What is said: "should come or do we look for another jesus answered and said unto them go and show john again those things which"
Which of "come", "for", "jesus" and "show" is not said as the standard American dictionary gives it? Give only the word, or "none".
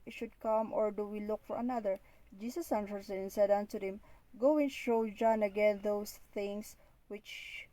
jesus